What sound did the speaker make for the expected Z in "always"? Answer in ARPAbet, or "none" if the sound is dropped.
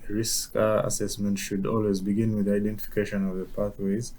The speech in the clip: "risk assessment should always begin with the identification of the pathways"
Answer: Z